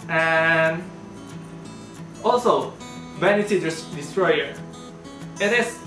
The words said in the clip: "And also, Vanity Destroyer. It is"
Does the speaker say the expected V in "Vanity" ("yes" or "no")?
no